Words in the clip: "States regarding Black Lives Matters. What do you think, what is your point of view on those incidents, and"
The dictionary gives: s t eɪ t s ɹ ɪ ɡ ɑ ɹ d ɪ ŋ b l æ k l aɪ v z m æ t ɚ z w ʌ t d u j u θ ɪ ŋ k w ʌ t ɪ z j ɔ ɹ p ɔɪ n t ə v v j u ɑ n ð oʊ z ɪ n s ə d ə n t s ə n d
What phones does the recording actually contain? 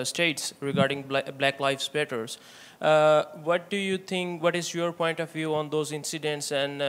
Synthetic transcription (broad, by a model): s t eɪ t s ɹ ɪ ɡ ɑ ɹ d ɪ ŋ b l æ k l aɪ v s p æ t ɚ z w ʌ t d u j u t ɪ ŋ k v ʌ t ɪ z j ɔ ɹ p ɔɪ n t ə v v j u ɑ n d oʊ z ɪ n s ə d ə n t s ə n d